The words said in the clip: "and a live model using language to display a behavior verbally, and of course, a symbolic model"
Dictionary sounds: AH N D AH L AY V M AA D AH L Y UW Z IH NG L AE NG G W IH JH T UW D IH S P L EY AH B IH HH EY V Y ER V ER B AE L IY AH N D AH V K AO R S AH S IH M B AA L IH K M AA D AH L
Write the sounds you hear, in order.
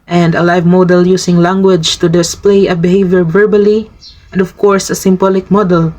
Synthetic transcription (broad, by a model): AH N D AH L AY V M AA D AH L Y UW S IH NG L AE NG G W IH JH T UW D IH S P L EY AH B IH HH EY V Y ER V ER B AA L IY AH N D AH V K AO R S AH S IH M B AA L IH K M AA D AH L